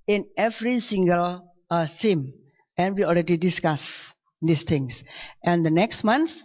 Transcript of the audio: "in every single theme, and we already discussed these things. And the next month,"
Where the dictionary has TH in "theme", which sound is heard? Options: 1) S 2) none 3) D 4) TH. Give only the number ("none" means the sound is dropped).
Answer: 1